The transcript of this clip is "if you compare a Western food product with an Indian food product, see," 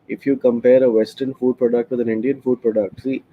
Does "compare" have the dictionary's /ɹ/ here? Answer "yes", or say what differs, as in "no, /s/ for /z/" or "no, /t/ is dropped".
yes